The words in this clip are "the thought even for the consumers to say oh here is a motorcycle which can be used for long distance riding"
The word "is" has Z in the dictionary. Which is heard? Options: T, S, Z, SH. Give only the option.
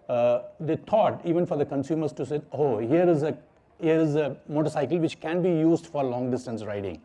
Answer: Z